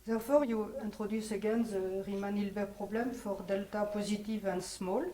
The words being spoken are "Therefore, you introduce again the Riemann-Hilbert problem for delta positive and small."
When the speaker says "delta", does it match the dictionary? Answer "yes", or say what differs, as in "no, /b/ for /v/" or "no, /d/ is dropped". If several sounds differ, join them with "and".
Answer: yes